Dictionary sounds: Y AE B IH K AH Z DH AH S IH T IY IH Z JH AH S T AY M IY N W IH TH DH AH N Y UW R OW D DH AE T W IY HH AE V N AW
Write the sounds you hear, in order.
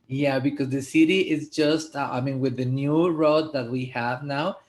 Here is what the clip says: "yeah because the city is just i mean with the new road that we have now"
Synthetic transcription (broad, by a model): Y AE B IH K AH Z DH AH S IH T IY IH Z JH AH S T AY M IY N W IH DH AH N Y UW R OW D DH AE T W IY HH AE V N AW